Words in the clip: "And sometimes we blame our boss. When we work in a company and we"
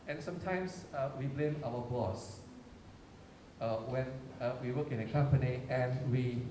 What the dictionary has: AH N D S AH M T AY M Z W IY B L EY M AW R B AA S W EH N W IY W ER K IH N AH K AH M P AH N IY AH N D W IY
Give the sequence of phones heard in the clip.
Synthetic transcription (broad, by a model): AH N S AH M T AY M S W IY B L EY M AW W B AA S W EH N W IY W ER K IH N AH K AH M P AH N IY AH N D W IY